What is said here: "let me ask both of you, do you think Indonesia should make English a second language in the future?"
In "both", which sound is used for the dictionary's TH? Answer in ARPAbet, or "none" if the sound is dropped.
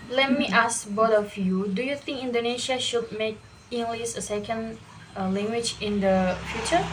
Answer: T